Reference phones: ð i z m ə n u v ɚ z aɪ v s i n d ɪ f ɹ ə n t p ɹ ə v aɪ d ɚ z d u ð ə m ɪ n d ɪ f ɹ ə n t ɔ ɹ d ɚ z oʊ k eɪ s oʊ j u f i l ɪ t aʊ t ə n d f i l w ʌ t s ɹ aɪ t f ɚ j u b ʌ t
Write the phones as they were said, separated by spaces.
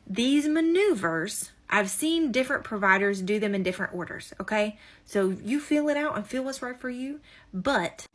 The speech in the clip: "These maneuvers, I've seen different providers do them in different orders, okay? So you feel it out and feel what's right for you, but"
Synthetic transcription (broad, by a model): ð i z m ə n u v ɚ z aɪ v s i n d ɪ f ɹ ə n p ɹ ə v aɪ d ɚ z d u ð ə m ɪ n d ɪ f ɹ ə n t ɔ ɹ d ɚ z oʊ k eɪ s oʊ j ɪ f i l ɪ t aʊ t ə f i l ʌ s ɹ aɪ t f ɚ j u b ʌ t